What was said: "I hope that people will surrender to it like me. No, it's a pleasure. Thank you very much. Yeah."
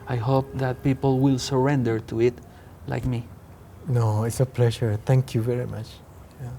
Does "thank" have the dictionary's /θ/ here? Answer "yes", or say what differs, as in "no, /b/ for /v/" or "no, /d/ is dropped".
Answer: no, /t/ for /θ/